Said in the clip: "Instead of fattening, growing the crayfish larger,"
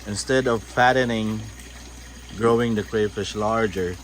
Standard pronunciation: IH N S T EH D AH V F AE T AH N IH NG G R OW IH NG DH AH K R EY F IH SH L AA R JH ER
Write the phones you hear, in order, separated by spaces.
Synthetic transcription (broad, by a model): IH N S T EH D AH V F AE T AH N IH NG G R OW IH NG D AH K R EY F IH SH L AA R JH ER